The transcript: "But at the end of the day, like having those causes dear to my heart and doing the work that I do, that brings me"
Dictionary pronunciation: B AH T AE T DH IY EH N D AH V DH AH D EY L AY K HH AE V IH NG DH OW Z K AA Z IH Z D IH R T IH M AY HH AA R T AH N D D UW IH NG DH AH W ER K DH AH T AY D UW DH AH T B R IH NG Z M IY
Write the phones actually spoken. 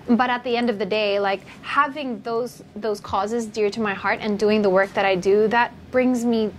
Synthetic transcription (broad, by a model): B AH T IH T DH IY EH N D AH V DH AH D EY L AY K HH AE V IH NG DH OW Z K AA Z IH Z D IH R T IH M AY HH AA R T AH N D D UW IH NG DH AH W ER K DH AH T AY D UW DH AH T B R IH NG Z M IY